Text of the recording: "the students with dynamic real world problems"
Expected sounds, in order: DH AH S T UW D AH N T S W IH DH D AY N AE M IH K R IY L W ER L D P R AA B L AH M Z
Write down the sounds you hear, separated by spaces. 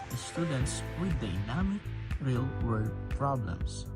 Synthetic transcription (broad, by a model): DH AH S T UW D AH N T S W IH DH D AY N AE M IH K R IY L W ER D P R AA B L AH M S